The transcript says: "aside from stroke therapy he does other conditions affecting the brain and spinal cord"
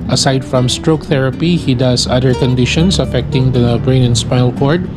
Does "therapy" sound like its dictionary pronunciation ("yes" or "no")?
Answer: yes